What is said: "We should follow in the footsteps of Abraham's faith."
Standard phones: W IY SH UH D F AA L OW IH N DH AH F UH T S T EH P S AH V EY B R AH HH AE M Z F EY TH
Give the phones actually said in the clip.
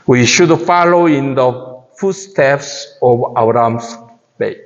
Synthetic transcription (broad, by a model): W IY SH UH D F AA L OW IH N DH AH F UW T S T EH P S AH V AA R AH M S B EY